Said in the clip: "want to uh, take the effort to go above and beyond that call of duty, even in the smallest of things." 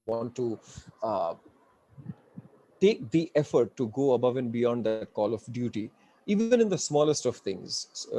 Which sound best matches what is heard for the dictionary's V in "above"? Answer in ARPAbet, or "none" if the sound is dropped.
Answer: V